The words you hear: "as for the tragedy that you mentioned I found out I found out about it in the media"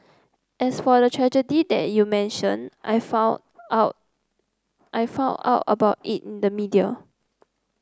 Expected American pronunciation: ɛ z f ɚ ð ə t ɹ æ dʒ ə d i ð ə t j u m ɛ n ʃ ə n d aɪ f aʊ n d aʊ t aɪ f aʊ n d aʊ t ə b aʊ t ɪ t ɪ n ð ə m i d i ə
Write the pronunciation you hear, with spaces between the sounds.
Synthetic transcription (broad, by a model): ɛ s f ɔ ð ə t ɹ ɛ dʒ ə d i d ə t j u m ɛ n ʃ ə n aɪ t t aɪ f aʊ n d aʊ t ə b aʊ t ɪ t ɪ n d ə m i d i ə